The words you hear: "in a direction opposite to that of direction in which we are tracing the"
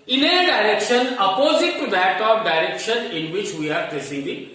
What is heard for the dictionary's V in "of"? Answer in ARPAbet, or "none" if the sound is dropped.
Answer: P